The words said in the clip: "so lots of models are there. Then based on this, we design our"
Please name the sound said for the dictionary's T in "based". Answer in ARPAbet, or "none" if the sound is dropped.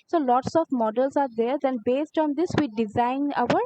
T